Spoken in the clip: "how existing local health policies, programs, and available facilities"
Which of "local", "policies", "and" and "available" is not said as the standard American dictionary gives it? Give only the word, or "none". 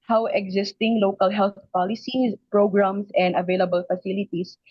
policies